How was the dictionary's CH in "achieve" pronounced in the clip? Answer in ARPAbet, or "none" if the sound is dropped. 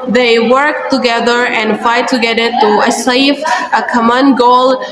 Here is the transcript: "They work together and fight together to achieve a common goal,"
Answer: S